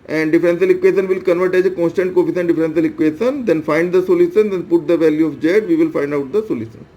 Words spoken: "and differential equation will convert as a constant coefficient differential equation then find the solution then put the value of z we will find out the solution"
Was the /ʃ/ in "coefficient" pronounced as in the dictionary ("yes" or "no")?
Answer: no